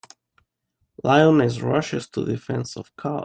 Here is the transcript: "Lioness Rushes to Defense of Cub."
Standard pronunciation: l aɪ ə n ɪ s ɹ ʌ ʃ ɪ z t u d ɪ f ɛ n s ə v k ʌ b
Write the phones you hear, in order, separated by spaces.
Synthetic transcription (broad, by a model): l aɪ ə n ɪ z ɹ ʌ ʃ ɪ s t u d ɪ f ɛ n s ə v k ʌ